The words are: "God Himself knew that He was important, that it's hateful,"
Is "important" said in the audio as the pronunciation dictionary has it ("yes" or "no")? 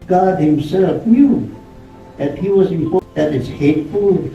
no